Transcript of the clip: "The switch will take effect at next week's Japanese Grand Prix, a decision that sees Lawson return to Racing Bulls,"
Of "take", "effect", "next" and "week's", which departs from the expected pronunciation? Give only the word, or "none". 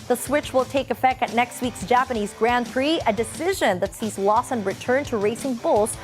none